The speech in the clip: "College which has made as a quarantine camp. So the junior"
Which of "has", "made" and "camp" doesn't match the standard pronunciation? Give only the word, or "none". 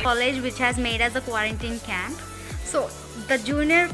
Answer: none